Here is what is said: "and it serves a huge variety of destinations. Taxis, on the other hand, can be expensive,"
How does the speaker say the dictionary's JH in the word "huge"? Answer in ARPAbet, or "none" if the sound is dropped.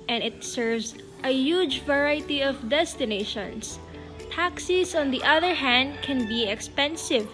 JH